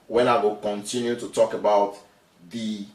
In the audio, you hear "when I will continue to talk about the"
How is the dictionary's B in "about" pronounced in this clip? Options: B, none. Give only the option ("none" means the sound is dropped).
B